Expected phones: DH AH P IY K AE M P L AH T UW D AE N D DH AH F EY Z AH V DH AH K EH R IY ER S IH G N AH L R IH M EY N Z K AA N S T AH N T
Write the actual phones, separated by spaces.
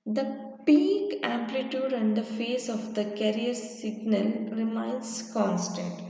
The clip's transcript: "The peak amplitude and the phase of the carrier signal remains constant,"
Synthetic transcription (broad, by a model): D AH P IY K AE M P L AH T UW D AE N D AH F EY S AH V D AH K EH R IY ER S IH G N AH L R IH M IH N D K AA N S T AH N T